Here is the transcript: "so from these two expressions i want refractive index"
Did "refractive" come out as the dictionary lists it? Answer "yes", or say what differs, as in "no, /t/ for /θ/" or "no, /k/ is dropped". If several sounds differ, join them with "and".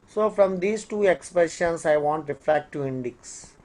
no, /v/ is dropped